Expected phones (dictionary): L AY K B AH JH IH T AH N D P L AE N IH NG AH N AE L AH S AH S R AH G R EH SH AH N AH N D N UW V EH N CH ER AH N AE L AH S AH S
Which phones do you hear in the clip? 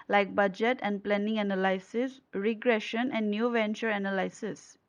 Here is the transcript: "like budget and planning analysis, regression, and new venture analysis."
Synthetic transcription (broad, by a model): L AY K B AH JH IH T AH N D P L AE N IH NG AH N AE L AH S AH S R AH G R EH SH AH N AH N D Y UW V EH N CH ER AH N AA L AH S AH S